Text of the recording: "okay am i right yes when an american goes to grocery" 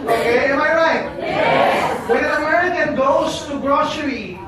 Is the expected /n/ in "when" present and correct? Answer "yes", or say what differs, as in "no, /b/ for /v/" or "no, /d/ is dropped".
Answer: no, /n/ is dropped